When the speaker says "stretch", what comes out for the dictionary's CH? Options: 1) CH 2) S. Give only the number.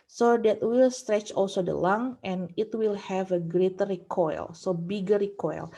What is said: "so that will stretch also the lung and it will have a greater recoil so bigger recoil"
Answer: 1